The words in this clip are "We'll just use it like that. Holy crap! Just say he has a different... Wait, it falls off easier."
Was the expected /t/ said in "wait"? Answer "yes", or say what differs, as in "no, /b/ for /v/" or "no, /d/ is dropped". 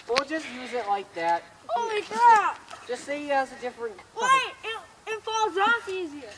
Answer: no, /t/ is dropped